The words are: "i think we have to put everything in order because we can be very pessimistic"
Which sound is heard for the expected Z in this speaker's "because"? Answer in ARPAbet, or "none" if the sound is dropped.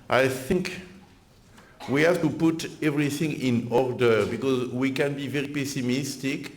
Z